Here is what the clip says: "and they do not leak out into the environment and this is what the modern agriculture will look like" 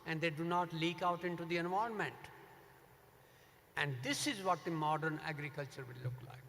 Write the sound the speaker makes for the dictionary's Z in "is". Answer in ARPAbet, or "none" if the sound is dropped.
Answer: Z